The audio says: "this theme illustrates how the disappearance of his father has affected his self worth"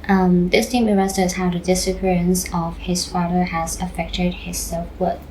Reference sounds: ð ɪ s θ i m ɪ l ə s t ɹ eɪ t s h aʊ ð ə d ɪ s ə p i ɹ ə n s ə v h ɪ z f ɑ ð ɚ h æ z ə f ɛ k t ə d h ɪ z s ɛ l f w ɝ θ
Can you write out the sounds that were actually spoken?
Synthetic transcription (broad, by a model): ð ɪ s t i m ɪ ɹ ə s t eɪ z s h aʊ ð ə d ɪ s ə p i ɹ ə n s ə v h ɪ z f ɑ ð ɚ h æ z ə f ɛ k t ə d h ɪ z s ɛ l f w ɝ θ